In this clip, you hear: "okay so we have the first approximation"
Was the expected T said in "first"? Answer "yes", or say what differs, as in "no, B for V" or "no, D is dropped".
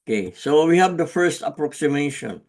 yes